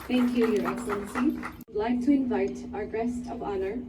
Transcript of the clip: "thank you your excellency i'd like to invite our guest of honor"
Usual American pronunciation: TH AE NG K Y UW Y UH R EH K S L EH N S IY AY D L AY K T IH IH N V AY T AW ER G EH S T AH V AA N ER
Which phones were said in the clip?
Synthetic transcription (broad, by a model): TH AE NG K Y UW Y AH R EH K S L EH N S IY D L AY K T IH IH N V AY T AW ER G EH S T AH V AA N ER